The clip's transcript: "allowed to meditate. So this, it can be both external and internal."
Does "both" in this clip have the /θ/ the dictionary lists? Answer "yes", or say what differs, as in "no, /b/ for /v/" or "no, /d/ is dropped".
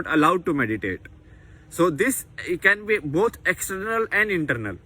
no, /t/ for /θ/